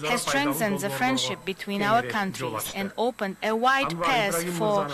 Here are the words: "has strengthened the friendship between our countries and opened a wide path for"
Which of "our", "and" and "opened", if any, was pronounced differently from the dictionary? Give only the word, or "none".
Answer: none